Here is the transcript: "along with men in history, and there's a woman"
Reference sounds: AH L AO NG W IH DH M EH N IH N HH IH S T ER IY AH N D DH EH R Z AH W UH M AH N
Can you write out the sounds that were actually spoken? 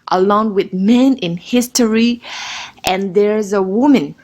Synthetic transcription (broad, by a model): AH L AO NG W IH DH M EH N IH N HH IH S T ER IY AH N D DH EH R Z AH W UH M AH N